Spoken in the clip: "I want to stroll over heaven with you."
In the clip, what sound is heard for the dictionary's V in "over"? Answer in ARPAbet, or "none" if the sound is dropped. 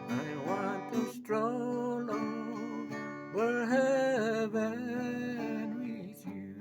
W